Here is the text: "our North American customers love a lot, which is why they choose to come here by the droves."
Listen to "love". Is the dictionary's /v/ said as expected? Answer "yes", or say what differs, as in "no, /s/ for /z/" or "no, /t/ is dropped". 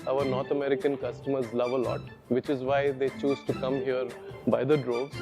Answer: yes